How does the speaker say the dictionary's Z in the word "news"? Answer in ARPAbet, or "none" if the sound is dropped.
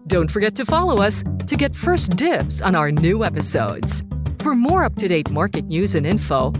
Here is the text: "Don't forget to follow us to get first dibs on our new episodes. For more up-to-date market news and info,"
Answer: Z